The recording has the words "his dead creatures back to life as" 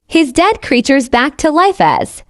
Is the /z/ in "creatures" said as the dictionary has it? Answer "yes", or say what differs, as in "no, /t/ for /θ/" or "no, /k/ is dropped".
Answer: yes